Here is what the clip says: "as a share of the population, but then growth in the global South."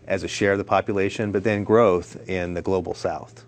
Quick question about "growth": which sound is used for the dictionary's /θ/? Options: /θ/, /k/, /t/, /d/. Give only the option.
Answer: /θ/